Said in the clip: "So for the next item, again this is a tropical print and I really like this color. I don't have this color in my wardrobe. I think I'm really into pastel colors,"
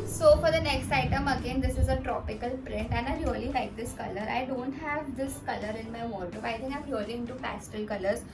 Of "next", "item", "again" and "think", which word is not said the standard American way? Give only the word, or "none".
think